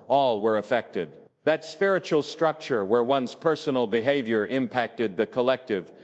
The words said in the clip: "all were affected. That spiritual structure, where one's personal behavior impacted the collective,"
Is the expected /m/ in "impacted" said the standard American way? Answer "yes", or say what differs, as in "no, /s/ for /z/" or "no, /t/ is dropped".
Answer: yes